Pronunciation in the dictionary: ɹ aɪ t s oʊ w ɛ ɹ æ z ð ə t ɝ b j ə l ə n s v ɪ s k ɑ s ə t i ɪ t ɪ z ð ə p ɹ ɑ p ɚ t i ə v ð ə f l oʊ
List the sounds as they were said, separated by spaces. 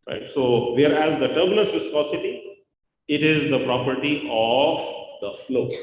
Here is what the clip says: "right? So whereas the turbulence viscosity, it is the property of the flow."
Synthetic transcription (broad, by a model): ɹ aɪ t s oʊ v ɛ ɹ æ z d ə t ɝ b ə l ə s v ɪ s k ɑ s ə t i ɪ t ɪ z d ə p ɹ ɑ p ɚ t i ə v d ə f l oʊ